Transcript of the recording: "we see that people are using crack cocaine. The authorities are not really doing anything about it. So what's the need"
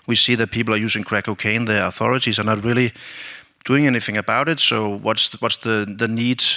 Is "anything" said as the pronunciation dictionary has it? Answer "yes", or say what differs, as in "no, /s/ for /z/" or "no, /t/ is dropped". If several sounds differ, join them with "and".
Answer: yes